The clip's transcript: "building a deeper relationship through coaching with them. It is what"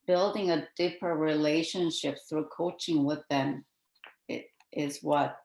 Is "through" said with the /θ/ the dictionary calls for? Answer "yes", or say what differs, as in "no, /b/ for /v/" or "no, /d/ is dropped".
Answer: yes